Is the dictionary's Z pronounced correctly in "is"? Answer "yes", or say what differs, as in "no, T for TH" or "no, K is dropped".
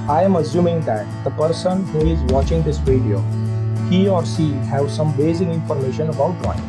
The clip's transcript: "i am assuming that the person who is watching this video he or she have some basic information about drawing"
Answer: yes